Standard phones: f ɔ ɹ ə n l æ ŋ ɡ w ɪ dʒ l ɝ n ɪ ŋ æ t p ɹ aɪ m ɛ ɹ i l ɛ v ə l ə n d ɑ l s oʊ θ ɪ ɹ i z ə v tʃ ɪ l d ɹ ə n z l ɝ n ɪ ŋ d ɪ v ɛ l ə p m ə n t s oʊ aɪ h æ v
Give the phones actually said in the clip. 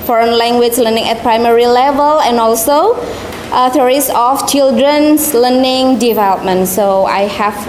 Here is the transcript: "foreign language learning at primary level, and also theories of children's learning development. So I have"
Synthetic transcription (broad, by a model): f ɔ ɹ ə n l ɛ ŋ ɡ w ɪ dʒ l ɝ n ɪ ŋ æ t p ɹ aɪ m ɛ ɹ i l ɛ v ə l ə n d ɑ l s oʊ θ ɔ ɹ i s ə f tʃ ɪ l d ɹ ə n s l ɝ n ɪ ŋ d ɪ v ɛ l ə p m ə n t s oʊ aɪ h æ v